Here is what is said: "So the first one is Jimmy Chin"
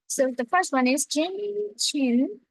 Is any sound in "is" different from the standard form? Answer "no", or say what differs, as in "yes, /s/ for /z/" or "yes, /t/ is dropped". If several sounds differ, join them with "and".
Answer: no